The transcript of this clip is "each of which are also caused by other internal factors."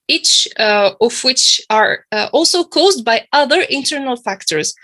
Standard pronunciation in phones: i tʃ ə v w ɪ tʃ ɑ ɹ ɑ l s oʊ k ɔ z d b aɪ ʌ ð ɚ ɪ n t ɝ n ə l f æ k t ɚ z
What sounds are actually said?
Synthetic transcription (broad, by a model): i tʃ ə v w ɪ tʃ ɑ ɹ ɑ l s oʊ k ɔ z d b aɪ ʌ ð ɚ ɪ n t ɝ n ə l f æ k t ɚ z